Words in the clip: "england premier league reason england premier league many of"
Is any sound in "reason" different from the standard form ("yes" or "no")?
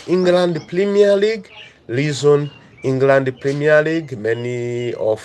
yes